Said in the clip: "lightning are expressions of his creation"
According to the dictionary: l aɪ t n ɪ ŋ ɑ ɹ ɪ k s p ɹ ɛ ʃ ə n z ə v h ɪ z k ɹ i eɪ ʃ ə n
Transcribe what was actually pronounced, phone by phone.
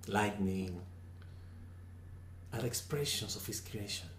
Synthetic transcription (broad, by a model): l aɪ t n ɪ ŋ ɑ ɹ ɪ k s p ɹ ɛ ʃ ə n s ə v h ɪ s k ɹ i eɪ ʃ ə n